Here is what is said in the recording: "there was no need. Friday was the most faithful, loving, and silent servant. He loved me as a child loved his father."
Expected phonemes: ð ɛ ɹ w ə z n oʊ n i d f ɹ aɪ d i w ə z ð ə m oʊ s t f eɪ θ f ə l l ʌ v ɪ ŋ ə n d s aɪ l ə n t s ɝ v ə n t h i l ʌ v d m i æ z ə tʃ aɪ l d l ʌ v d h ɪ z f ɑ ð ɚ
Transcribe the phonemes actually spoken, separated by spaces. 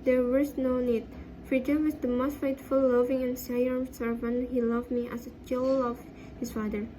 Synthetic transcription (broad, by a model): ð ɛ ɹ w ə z n oʊ n i d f ɹ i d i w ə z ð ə m oʊ s t f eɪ t f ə l l ʌ v ɪ ŋ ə n s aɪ ə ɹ s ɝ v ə n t h i l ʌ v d m i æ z ə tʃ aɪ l l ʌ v h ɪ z f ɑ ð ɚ